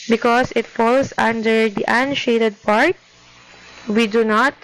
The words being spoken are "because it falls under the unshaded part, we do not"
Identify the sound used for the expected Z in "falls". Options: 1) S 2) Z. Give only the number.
1